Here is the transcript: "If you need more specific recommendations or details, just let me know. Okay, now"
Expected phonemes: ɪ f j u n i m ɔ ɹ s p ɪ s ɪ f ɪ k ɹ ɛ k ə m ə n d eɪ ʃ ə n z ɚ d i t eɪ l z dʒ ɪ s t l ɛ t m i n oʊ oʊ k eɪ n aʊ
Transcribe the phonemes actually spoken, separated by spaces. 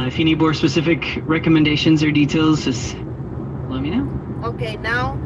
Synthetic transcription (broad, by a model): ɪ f j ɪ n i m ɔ ɹ s p ɪ s ɪ f ɪ k ɹ ɛ k ə m ə n d eɪ ʃ ə n z ɚ d i t eɪ l z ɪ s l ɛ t m i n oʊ oʊ k eɪ n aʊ